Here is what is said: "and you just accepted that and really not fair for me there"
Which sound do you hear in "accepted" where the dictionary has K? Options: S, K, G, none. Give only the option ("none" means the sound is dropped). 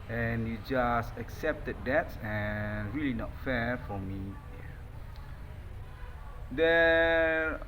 K